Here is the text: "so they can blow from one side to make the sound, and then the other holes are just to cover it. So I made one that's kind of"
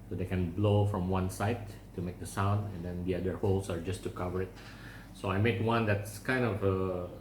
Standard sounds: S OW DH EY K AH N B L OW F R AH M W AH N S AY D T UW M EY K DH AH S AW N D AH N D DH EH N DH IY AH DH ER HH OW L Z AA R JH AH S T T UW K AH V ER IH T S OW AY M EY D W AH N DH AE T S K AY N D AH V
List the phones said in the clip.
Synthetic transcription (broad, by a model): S OW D EY K AH N B L OW F R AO M W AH N S AY D T UW M EY K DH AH S AW N D AH N D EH N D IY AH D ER HH OW L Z AA R JH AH S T T UW K AH V ER IH T S OW AY M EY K W AH N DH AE T S K AY N D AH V